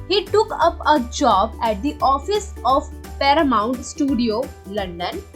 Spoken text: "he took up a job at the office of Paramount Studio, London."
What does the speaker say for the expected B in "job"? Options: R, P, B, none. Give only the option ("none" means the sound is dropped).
B